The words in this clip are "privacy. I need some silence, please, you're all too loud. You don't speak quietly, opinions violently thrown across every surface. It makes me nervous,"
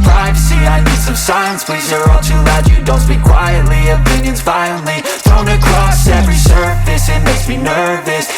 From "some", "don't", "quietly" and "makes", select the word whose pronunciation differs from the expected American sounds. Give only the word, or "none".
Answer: makes